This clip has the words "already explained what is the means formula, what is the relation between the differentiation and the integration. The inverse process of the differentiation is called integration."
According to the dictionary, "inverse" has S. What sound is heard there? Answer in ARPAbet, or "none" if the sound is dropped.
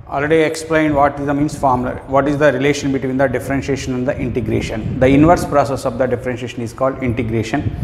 S